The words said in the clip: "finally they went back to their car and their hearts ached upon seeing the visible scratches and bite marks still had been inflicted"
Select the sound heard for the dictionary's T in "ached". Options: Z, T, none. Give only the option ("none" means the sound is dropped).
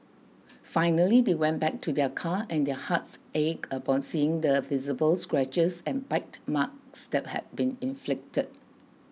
none